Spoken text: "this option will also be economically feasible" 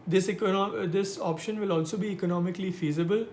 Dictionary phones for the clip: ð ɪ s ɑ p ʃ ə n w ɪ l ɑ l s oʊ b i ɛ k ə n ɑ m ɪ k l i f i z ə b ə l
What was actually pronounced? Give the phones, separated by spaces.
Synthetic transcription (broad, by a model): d ɪ s ɑ p ʃ ə n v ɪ l ɑ l s oʊ b i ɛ k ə n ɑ m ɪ k l i f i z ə b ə l